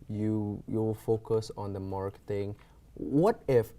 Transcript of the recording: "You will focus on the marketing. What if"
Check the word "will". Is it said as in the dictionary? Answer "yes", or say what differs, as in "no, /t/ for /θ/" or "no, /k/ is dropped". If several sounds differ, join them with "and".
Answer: no, /w/ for /l/